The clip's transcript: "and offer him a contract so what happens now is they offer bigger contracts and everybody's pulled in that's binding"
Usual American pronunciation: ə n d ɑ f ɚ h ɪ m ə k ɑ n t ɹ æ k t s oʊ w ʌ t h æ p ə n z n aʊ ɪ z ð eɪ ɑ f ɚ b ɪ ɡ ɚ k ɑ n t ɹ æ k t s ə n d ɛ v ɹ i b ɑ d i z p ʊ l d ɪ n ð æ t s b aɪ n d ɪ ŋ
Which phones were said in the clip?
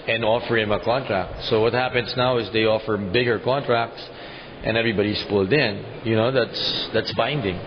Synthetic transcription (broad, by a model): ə n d ɑ f ɚ h ɪ m ə k ɑ n t ɹ æ k t s oʊ w ʌ t h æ p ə n s n aʊ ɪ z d eɪ ɑ f ɚ b ɪ ɡ ɚ k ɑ n t ɹ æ k t s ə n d ɛ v ɹ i b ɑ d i s p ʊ l d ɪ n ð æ t s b aɪ n d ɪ ŋ